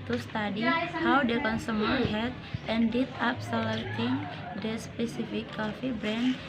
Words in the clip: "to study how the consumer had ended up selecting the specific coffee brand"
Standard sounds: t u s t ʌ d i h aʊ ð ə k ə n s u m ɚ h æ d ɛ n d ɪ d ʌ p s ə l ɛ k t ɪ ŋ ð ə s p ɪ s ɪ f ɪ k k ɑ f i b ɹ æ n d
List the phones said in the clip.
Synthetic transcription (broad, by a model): t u s t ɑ d i h aʊ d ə k ə n s u m ɚ h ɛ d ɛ n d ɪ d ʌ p s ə l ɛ t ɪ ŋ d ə s p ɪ s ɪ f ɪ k k ɑ f i b ɹ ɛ n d